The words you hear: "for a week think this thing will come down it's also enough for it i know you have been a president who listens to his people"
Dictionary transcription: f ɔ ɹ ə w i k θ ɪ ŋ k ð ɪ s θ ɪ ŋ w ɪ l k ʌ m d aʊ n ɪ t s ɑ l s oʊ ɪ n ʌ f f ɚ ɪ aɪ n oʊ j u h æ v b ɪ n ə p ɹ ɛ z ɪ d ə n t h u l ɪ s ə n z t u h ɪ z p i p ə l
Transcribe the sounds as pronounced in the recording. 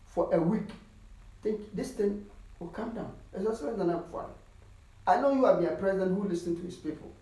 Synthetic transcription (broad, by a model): f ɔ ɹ ə w i k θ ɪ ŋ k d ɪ s t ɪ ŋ w ɪ l k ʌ m d aʊ n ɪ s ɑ s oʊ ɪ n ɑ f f ɪ aɪ n oʊ j u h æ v b ɪ n ə p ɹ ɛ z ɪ d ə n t h u l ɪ s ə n t u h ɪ s p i p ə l